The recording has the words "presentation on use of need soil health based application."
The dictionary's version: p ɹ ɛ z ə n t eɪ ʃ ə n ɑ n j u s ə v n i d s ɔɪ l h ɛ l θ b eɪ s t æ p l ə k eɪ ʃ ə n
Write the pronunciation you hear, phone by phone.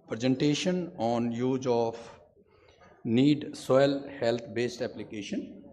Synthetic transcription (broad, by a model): p ɹ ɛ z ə n t eɪ ʃ ə n ɑ n j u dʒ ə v n i d s ɔɪ l h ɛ l t b eɪ s t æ p l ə k eɪ ʃ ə n